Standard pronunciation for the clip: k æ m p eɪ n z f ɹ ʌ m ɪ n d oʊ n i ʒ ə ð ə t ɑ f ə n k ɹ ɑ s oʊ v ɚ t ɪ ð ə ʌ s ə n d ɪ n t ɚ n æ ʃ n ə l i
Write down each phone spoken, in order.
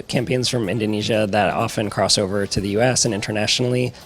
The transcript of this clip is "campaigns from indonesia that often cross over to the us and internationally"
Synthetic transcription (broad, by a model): k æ m p eɪ n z f ɹ ʌ m ɪ n d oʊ n i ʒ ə ð ə t ɑ f ə n k ɹ ɑ s oʊ v ɚ t ɪ ð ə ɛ s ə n ɪ n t ɚ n æ ʃ n l i